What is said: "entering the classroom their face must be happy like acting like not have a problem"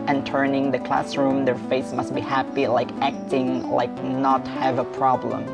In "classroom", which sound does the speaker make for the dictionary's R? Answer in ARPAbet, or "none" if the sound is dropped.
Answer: R